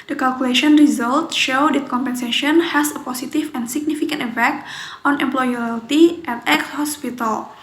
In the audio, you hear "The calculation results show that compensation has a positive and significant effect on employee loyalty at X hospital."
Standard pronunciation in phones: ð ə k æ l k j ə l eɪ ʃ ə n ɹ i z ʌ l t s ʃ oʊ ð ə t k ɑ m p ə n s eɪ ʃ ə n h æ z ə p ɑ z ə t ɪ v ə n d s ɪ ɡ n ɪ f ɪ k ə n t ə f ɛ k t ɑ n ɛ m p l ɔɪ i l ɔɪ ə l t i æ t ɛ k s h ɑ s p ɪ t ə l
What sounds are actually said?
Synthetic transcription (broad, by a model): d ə k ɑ l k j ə l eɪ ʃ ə n ɹ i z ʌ l t ʃ oʊ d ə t k ɑ m p ə n s eɪ ʃ ə n h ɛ s ə p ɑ s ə t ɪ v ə n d s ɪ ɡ n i f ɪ k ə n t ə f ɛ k t ɑ n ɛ m p l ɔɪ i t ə t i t ɛ k s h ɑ s p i t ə l